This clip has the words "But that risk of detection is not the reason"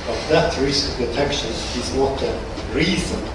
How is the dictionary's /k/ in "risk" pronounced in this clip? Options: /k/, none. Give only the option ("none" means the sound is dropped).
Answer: none